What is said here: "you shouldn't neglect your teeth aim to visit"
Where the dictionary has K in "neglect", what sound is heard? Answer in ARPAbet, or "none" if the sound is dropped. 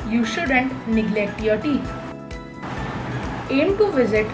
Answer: K